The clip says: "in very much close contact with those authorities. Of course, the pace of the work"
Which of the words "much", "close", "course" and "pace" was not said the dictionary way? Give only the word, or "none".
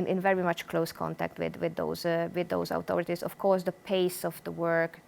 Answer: none